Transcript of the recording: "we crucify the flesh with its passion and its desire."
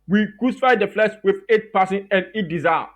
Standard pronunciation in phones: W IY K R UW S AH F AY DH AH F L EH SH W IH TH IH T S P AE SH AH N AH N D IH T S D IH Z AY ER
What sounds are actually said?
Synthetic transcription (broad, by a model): W IY K R UW S AH F AY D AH F L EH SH W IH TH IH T P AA S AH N AH N D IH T D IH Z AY